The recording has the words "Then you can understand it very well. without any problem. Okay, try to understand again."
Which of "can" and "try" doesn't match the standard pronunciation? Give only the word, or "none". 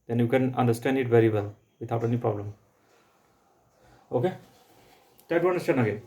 try